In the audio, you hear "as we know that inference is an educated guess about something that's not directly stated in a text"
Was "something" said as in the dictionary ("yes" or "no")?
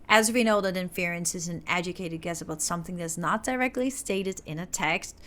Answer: yes